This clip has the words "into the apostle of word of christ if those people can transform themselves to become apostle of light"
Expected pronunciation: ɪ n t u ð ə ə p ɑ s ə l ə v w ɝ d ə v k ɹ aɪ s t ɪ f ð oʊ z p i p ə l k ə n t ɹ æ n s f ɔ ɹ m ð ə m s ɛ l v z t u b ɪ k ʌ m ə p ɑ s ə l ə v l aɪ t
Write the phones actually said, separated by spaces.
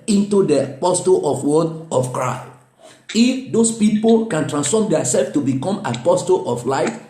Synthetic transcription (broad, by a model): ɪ n t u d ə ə p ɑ s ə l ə f w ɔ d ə f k ɹ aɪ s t ɪ f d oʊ s p i p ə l k ə n t ɹ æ n s f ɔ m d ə s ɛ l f t u b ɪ k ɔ m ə p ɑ s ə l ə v l aɪ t